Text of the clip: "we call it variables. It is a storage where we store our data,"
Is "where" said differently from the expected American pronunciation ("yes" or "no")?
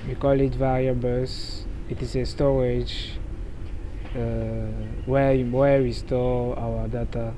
yes